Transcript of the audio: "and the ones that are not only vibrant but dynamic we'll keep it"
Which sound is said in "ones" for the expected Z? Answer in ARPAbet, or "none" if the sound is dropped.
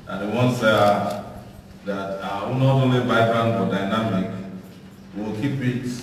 S